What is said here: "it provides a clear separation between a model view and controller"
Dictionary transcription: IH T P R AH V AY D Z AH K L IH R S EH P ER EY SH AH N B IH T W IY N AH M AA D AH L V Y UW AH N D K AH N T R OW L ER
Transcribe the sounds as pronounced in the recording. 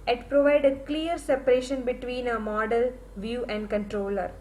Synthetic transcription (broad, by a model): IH T P R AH V AY D AH K L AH R S EH P ER EY SH AH N B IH T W IY N AH M AA D AH L V Y UW AH N D K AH N T R OW L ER